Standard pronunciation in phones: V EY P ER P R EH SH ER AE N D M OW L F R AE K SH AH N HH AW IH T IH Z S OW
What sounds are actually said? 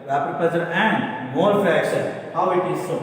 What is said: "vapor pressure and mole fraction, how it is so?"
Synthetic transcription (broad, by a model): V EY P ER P EH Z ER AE N D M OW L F AE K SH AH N HH AW IH T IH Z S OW